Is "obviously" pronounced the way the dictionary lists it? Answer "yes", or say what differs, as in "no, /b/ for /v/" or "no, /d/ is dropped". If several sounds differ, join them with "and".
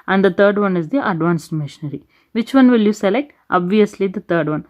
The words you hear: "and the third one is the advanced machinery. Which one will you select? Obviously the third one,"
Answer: yes